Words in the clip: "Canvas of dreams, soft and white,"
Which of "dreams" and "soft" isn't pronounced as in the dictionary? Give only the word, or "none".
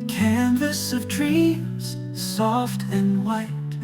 dreams